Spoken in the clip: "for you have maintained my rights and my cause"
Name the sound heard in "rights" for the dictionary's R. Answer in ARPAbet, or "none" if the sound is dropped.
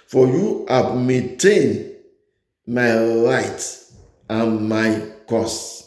L